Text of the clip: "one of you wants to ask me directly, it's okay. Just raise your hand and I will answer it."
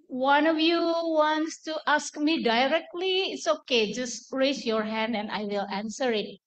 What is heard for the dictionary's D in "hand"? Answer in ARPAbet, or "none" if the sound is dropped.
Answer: D